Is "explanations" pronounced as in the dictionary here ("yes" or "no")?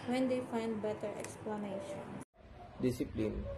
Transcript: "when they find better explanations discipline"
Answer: no